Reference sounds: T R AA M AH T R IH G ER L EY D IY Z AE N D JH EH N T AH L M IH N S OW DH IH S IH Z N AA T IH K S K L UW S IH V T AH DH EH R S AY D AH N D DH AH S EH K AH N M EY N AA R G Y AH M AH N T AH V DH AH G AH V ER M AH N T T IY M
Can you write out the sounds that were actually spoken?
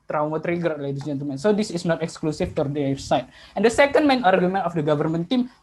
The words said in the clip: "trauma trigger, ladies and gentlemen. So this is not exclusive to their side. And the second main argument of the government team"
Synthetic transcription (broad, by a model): T R AA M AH T R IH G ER L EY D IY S JH EH N T AH L M IH N S OW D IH S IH S N AA T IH K S K L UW S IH F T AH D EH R S AY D AH N D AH S EH K AH N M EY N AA R G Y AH M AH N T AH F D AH G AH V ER M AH N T T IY M